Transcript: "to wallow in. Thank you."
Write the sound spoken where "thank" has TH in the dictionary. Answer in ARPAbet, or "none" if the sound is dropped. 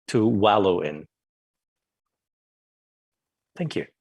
TH